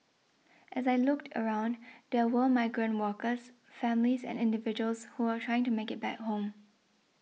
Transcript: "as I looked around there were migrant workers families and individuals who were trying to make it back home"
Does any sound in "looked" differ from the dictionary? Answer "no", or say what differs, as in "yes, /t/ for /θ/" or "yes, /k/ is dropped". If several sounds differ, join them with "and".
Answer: no